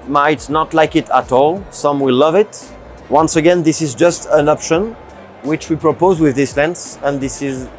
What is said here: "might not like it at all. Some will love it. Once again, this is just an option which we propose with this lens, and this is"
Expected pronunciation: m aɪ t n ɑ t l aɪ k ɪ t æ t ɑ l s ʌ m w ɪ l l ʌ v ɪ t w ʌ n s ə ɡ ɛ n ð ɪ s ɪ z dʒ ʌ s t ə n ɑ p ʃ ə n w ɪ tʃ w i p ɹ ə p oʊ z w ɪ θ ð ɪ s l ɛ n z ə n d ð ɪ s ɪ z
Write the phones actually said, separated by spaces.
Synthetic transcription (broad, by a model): m aɪ t n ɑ t l aɪ k ɪ t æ t ɑ l s ʌ m w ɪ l l ʌ v ɪ t w ʌ n s ə ɡ ɛ n ð ɪ s ɪ z dʒ ʌ s t ə n ɑ p ʃ ə n w ɪ tʃ w i p ɹ ə p oʊ z w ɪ ð ɪ s l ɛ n s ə n ð ɪ s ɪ z